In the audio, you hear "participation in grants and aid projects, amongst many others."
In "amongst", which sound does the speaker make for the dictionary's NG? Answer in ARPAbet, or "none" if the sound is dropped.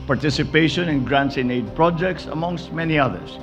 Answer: NG